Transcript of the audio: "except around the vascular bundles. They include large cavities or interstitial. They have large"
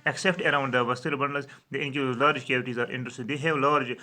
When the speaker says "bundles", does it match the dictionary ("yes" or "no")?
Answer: no